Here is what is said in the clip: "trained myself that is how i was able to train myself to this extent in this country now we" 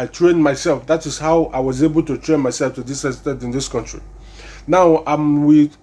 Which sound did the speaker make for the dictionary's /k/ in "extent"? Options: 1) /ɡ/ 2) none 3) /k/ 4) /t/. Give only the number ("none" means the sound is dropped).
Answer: 2